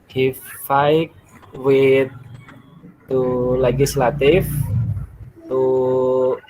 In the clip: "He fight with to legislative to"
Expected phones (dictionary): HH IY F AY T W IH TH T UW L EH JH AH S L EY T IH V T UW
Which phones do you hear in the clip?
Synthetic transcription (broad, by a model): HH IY F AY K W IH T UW L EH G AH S L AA T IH F T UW